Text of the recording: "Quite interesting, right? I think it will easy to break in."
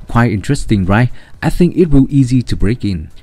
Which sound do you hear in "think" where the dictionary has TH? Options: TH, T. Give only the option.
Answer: TH